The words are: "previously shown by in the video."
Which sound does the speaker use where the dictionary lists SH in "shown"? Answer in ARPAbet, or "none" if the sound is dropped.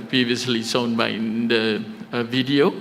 S